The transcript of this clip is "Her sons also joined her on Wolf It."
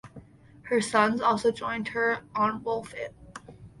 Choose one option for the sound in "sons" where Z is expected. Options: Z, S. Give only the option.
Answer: Z